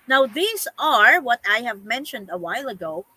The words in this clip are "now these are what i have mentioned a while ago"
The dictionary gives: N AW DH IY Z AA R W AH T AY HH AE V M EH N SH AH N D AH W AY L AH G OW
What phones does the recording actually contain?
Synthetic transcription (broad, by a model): N AW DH IY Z AA R W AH T AY HH AE V M EH N SH AH N D AH W AY L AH G OW